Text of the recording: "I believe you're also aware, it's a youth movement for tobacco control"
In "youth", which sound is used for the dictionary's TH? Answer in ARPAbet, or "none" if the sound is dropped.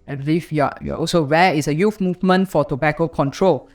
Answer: F